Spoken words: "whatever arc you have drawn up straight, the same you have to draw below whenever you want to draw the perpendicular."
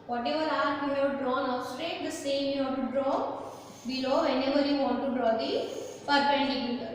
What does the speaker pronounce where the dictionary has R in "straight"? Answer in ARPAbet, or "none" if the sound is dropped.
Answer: R